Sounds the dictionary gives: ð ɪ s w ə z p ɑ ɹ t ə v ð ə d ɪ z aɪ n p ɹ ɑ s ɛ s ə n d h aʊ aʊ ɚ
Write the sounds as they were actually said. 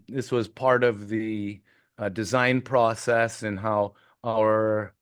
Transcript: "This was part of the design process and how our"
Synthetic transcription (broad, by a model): ð ɪ s w ə z p ɑ ɹ t ə v ð ə d ɪ z aɪ n p ɹ ɑ s ɛ s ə n h aʊ aʊ ɚ